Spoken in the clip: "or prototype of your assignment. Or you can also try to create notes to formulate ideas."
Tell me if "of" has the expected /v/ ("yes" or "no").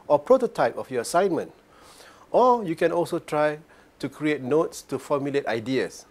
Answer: no